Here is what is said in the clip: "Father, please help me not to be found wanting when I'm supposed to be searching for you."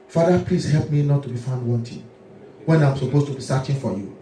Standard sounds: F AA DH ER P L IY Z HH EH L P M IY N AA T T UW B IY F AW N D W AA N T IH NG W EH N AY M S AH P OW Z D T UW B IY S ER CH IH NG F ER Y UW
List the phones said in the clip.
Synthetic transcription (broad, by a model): F AA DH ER P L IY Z HH EH L P M IY N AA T T UW B IY F AW N D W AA N T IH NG W EH N AY M S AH P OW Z T UW B IY S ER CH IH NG F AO Y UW